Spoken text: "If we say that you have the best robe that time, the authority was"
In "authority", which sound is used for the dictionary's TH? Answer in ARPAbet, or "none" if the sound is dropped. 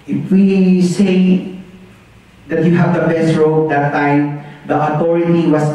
T